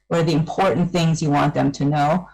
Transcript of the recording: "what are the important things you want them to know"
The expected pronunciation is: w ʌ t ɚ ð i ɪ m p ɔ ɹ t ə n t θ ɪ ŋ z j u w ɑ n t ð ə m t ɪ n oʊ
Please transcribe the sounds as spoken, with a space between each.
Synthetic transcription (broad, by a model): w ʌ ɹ ð i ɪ m p ɔ ɹ t n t θ ɪ ŋ z j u w ɑ n ð ə m t ɪ n oʊ